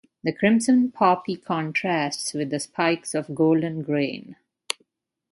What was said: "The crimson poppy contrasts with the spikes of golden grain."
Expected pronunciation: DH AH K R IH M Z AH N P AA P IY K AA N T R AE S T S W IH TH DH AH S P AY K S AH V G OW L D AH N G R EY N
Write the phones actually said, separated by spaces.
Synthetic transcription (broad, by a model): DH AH K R IH M S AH N P AA P IY K AA N T R AE S T S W IH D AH S P AY K S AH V G OW L D AH N G R EY N